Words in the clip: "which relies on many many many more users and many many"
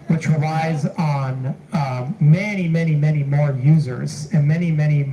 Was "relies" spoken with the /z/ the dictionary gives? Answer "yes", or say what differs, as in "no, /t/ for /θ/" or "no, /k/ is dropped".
yes